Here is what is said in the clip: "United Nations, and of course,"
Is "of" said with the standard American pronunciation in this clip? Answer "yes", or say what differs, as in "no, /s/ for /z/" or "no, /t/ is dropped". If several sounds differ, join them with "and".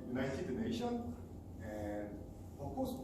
no, /f/ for /v/